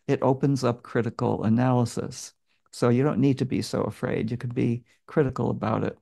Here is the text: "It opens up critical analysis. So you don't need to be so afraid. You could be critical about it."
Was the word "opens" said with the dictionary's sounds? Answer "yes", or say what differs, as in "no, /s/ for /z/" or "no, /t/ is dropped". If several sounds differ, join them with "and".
yes